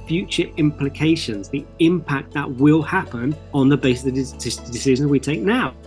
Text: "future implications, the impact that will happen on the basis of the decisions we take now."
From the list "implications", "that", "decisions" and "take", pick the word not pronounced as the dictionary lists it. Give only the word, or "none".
none